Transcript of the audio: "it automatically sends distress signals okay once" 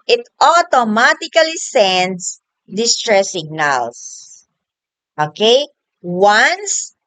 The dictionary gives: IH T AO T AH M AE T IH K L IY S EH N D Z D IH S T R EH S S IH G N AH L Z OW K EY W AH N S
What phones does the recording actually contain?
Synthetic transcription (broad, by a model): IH T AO T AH M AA T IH K L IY S EH N D S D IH S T R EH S S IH G N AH L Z OW K EY W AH N S